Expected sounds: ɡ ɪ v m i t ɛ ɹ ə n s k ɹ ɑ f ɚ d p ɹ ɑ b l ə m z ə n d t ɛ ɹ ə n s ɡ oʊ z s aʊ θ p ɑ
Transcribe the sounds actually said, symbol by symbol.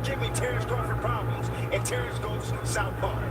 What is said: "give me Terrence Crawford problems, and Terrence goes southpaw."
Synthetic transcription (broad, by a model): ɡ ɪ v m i t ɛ ɹ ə s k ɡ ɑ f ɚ p ɹ ɑ b l ə m z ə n t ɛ ɹ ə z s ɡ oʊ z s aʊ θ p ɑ